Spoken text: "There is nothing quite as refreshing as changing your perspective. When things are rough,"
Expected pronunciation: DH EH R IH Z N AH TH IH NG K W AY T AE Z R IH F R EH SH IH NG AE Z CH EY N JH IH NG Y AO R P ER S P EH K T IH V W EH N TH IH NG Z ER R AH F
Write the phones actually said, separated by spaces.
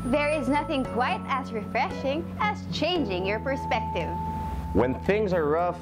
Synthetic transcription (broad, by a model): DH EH R IH Z N AH TH IH NG K W AY T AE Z R IH F R EH SH IH NG AE Z CH EY N JH IH NG Y AO R P ER S P EH K T IH V W EH N TH IH NG Z ER R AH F